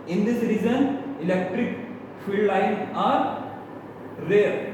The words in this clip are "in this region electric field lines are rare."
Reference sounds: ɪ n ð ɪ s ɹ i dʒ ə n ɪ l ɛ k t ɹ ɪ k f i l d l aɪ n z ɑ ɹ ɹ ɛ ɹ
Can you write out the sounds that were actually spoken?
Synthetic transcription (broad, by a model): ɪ n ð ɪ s ɹ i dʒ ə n ɪ l ɛ k t ɹ ɪ k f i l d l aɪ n ɑ ɹ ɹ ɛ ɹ